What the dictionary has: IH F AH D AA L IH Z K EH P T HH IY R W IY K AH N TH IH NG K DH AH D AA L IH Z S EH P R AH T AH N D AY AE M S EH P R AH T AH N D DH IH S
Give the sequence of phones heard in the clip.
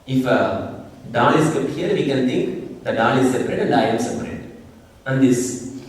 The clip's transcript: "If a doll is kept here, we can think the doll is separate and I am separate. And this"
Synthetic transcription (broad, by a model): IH F AH D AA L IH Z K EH T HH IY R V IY K AH N T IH NG K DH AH D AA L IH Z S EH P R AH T AH N D AY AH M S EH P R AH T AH N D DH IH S